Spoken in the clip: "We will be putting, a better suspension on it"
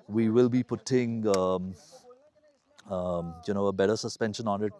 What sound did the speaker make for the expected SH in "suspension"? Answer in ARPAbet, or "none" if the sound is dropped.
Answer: SH